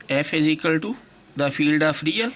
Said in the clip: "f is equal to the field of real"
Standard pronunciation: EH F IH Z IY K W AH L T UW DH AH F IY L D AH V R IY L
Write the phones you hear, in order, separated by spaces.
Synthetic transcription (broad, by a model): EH F IH Z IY K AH L T UW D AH F IY L D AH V R IY L